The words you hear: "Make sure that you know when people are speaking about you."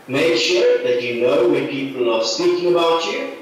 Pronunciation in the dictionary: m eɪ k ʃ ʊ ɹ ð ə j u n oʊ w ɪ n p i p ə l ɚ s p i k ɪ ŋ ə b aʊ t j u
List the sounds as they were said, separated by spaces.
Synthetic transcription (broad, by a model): m eɪ k ʃ ʊ ɹ ð ə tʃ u n oʊ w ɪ p i p ə l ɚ s p i k ɪ ŋ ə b aʊ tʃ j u